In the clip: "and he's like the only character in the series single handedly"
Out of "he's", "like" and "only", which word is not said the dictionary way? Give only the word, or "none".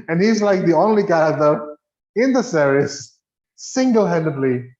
none